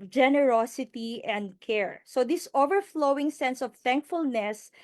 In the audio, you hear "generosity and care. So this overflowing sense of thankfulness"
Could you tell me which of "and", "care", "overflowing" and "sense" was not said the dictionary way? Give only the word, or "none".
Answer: none